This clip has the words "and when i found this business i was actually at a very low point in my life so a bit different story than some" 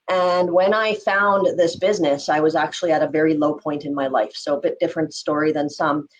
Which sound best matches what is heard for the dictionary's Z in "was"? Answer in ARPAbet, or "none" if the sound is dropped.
Z